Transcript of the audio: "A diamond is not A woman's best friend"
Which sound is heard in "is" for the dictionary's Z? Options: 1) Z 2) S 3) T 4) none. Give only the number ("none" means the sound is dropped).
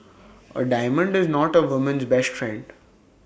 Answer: 1